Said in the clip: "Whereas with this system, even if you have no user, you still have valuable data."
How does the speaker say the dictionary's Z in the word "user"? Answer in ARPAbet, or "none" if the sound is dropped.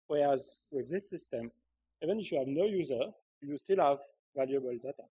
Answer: Z